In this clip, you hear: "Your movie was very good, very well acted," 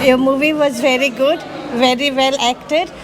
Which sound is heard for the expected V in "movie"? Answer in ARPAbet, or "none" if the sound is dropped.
V